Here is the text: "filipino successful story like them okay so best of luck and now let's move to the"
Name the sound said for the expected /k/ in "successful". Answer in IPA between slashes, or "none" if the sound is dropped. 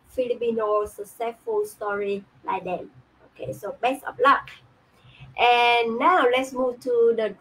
none